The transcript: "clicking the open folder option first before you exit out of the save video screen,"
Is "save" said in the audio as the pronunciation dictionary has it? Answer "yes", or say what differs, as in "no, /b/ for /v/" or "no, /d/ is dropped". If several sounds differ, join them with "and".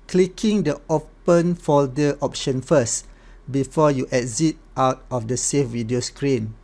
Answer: no, /f/ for /v/